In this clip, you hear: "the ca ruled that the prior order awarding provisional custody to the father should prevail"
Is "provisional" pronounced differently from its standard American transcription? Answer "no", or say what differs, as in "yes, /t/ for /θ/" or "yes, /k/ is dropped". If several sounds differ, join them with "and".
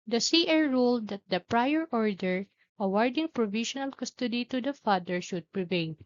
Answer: yes, /ʃ/ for /ʒ/